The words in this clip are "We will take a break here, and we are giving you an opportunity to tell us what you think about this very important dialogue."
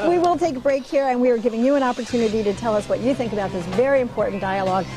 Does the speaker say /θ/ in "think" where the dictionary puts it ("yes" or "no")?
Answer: yes